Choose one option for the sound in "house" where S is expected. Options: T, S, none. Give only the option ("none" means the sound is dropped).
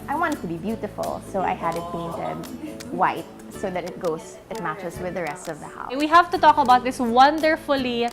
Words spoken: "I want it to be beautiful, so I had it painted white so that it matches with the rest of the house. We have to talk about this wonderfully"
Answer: none